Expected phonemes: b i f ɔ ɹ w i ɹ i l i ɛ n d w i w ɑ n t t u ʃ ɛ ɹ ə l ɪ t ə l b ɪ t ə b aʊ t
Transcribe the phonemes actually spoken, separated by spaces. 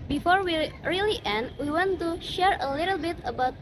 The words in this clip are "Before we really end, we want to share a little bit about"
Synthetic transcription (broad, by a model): b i f ɔ ɹ w i ɹ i l i ɛ n d w i w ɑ n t t u ʃ ɛ ɹ ə l ɪ t ə l b ɪ t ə b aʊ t